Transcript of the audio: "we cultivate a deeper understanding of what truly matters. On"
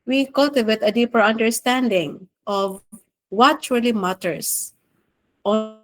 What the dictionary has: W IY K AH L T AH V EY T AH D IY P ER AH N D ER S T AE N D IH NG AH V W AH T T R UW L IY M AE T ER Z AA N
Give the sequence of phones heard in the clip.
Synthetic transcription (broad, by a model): W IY K AH L T AH V EY T AH D IY P ER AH N D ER S T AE N D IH NG AH V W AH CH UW L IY M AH T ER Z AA